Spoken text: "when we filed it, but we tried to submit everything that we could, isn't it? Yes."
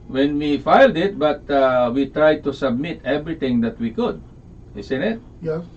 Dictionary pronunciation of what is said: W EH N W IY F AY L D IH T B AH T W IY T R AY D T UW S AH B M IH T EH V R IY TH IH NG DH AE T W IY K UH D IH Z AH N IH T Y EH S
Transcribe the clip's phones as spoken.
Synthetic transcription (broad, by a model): W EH N W IY F AY L D IH T B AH T W IY T R AY D T UW S AH B M IH T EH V R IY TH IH NG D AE T W IY K UH D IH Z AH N IH T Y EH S